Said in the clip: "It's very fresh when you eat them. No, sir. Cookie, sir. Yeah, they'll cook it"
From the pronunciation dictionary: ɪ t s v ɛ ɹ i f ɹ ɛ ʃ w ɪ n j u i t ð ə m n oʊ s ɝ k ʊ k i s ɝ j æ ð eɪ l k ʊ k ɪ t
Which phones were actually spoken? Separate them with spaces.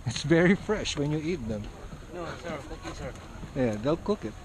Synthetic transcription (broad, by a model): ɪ t s v ɛ ɹ i f ɹ ɛ ʃ w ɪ n j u i t ð ə m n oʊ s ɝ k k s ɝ j æ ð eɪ l k ʊ k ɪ t